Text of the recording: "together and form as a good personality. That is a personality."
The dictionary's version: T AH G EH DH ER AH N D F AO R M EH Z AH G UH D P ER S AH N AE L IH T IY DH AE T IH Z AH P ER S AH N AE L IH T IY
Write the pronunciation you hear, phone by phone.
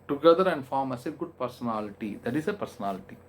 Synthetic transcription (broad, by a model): T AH G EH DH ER AH N D F AO R M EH S AH G UH D P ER S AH N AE L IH T IY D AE T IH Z AH P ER S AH N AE L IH T IY